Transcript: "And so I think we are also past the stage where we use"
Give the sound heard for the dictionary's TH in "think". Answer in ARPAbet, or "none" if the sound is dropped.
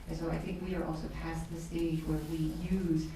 TH